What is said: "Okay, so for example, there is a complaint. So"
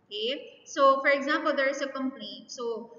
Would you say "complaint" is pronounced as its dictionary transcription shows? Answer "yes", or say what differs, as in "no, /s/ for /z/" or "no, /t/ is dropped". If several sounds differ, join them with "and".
no, /l/ is dropped